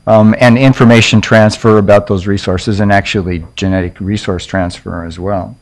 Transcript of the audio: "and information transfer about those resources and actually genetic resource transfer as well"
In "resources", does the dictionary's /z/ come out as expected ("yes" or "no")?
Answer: yes